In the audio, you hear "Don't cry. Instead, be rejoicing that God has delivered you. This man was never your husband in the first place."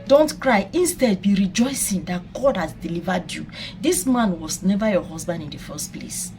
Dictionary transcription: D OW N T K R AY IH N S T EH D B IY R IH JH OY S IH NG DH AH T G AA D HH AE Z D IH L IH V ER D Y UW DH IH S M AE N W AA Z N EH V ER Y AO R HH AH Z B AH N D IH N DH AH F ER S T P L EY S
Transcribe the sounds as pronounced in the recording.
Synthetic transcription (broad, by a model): D OW N T K R AY IH N S T EH D B IY R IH JH OY S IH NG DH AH T G AA D HH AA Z D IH L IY V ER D Y UW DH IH S M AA N W AA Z N EH V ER Y AO HH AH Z B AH N D IH N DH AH F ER S T P L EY S